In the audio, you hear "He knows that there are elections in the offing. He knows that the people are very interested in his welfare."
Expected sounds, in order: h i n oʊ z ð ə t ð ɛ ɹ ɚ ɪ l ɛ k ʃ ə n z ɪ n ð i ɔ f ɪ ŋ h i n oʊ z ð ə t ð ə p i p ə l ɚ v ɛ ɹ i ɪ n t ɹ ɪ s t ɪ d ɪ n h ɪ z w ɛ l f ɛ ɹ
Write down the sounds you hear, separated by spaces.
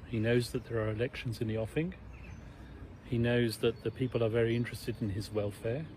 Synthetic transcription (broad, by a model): h i n oʊ z ð ə t ð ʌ ɹ ɚ ɪ l ɛ k ʃ ə n z ɪ n ð i ɔ f ɪ ŋ h i n oʊ z ð ə t ð ə p i p ə l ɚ v ɛ ɹ i ɪ n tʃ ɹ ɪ s t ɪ d ɪ n ɪ z w ɛ l f ɛ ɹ